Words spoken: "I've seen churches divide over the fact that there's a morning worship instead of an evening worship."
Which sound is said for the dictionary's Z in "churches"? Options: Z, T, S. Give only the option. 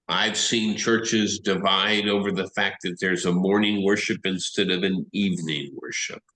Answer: Z